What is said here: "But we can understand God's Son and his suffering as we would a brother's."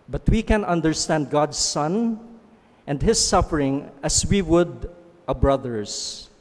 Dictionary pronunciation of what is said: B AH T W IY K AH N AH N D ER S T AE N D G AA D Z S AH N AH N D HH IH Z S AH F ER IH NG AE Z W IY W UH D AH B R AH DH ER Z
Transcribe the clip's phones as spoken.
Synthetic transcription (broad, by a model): B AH T W IY K AH N AH N D ER S T AE N D G AA D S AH N AH N D HH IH S AH F ER IH NG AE S W IY W UH D AH B R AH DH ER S